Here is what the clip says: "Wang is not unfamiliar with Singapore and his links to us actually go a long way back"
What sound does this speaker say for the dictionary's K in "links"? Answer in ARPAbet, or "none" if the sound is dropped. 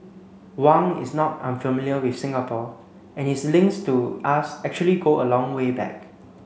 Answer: none